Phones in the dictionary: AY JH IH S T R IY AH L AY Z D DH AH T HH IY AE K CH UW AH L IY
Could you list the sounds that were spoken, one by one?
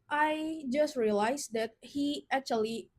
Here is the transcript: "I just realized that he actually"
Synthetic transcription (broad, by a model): AY JH IH S T R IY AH L AY S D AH T HH IY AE K CH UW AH L IY